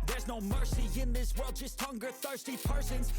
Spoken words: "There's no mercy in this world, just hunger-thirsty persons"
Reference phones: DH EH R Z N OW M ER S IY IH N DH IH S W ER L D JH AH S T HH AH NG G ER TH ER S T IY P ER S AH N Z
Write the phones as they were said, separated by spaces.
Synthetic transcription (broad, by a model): DH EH R Z N OW M ER S IY IH N DH IH S W ER L D JH AH S T HH AH NG G ER TH ER S T IY P ER S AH N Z